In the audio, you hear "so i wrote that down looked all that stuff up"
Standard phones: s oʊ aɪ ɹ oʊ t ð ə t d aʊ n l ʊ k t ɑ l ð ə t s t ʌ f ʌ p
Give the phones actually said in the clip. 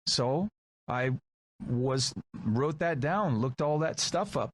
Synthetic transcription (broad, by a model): s oʊ aɪ ɹ oʊ t ð ə t d aʊ n l ʊ k t ɑ l ð ə t s t ʌ f ʌ p